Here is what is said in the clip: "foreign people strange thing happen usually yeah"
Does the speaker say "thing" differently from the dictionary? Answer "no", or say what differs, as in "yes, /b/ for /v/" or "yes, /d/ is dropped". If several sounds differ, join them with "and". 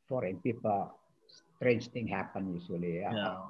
yes, /t/ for /θ/